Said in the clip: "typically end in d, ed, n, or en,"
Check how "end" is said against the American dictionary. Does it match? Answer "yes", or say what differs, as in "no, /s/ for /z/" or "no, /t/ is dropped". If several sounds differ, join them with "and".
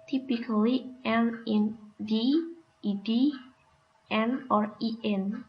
no, /d/ is dropped